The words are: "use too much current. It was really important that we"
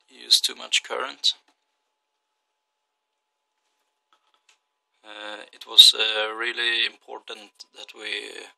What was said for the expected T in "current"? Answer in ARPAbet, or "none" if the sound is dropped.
T